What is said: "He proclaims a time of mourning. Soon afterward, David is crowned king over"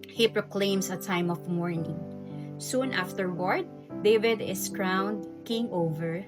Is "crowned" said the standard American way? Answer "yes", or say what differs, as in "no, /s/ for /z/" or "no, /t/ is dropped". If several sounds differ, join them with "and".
yes